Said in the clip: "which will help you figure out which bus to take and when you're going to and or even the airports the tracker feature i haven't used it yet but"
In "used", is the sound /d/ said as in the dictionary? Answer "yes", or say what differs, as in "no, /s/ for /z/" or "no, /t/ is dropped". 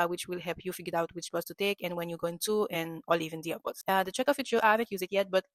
no, /d/ is dropped